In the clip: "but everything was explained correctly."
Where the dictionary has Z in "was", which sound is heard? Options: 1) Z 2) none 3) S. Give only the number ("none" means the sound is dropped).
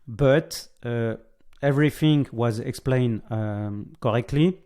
1